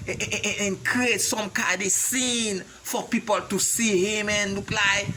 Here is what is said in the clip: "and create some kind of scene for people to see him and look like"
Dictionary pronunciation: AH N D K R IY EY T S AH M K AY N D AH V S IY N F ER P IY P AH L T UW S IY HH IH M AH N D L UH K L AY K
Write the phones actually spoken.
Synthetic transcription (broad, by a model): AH N K R IY EY T S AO M K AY D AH S IY N F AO P IY P AH L T UW S IY HH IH M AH N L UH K L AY